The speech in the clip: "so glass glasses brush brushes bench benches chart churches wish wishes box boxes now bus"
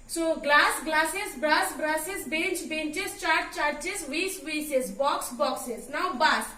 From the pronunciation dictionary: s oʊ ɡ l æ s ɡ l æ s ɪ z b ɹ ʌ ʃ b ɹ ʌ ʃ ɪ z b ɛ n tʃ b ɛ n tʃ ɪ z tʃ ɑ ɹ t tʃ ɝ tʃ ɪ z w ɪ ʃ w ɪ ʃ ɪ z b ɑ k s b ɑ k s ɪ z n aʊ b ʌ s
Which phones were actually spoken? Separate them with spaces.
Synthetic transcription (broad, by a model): s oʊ ɡ l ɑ s ɡ l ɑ s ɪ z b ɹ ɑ s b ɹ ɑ s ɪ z b ɛ n tʃ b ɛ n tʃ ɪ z tʃ ɑ ɹ t tʃ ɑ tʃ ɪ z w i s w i s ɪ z b ɑ k s b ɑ k s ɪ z n aʊ b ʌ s